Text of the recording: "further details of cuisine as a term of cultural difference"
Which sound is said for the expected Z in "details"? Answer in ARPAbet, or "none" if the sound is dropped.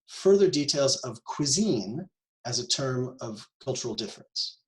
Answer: Z